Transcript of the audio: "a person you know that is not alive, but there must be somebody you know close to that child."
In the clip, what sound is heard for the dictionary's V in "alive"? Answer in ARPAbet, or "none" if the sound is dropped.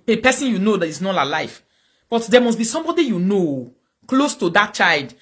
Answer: F